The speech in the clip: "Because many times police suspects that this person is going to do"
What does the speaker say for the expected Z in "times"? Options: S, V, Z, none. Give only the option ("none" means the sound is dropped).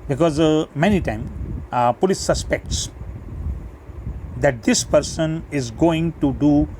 none